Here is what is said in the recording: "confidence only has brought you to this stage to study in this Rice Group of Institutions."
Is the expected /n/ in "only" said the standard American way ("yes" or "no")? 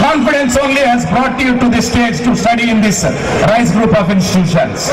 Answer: yes